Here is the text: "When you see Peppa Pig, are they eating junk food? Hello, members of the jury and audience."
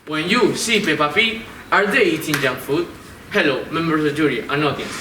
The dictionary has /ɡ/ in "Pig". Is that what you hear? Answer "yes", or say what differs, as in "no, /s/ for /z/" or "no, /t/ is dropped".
no, /ɡ/ is dropped